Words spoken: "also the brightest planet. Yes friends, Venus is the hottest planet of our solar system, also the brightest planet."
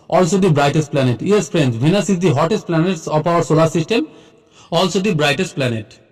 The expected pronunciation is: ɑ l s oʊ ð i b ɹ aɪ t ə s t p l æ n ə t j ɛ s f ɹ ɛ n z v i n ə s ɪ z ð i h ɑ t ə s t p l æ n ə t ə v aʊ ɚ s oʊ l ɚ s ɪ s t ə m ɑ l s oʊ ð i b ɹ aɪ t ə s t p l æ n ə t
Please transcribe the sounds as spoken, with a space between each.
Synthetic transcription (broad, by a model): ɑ l s oʊ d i b ɹ aɪ t ə s t p l æ n ə t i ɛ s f ɹ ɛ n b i n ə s ɪ z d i h ɑ t ə s t p l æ n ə t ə p aʊ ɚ s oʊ l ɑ s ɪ s t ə m ɑ l s oʊ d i b ɹ aɪ t ə s t p l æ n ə t